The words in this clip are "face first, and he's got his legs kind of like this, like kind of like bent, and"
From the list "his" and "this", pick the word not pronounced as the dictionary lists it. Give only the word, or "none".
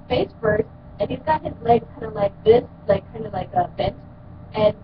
none